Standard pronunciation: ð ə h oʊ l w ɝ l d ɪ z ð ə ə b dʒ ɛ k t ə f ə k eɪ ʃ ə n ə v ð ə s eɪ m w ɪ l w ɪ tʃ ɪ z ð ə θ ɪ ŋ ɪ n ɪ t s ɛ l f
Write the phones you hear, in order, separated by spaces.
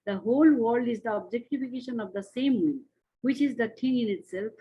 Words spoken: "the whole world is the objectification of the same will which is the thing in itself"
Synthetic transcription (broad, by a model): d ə h oʊ l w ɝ l d ɪ z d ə ə b dʒ ɛ k t ə f ə k eɪ ʃ ə n ə v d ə s eɪ m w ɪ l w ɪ tʃ ɪ z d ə t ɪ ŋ ɪ n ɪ t s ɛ l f